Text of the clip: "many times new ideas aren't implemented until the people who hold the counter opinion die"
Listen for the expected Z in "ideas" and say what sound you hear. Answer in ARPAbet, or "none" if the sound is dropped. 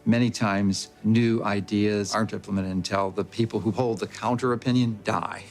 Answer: Z